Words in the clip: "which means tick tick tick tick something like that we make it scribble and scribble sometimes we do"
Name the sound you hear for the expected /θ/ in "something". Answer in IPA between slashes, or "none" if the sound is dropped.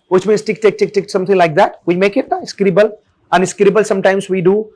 /t/